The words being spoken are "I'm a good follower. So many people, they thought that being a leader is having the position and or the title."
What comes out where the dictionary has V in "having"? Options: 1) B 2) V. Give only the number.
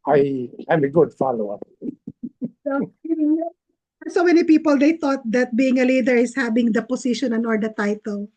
1